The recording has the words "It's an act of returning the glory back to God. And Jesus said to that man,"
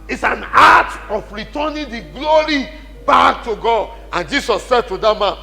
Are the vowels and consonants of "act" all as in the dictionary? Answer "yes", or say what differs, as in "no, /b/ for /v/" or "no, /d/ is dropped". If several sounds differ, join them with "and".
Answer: no, /k/ is dropped